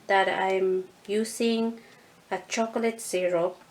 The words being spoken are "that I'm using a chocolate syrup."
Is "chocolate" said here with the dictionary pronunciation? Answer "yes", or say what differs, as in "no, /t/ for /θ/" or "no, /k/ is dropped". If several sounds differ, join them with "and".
yes